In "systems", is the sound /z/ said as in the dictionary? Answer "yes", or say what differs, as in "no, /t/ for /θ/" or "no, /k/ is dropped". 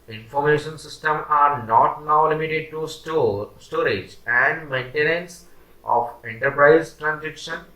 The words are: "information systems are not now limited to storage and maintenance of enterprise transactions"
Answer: no, /z/ is dropped